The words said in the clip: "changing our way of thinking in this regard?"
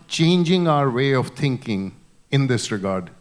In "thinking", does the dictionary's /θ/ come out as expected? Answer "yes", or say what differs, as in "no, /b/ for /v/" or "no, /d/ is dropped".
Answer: no, /t/ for /θ/